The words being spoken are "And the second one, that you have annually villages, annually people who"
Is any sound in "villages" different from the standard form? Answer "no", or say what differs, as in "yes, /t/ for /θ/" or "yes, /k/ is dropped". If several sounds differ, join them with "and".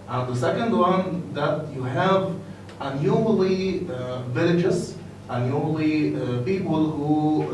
yes, /s/ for /z/